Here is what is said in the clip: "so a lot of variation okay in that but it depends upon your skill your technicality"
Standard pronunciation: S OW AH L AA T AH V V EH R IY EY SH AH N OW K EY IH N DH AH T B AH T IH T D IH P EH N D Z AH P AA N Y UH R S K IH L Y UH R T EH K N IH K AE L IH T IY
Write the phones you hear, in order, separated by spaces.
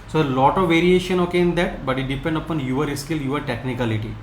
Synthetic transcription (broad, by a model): S OW L AA T AH V V EH R IY EY SH AH N OW K EY IH N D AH T B AH T IH T D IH P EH N D AH P AA N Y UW R S K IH L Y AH R T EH K N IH K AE L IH T IY